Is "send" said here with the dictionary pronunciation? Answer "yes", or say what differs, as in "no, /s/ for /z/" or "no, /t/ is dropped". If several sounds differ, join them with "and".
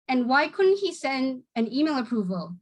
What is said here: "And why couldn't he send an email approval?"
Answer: yes